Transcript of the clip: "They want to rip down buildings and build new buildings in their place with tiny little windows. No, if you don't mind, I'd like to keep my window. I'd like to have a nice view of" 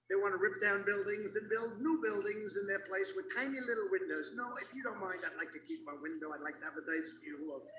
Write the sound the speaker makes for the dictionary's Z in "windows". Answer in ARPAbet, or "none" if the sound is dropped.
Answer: Z